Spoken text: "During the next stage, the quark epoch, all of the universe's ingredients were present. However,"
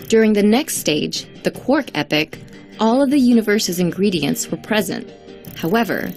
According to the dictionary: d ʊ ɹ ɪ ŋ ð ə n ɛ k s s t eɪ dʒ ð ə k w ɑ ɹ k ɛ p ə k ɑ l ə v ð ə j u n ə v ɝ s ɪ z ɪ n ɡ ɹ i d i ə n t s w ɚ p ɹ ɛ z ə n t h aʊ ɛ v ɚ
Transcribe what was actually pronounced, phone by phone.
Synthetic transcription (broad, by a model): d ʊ ɹ ɪ ŋ ð ə n ɛ k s s t eɪ dʒ ð ə k w ɑ ɹ k ɛ p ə k ɑ l ə v ð ə j u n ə v ɝ s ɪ z ɪ n ɡ ɹ i d i ə n t s w ɚ p ɹ ɛ z ə n t h aʊ ɛ v ɚ